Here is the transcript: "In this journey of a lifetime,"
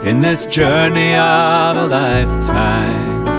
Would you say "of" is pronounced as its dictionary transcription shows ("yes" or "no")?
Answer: yes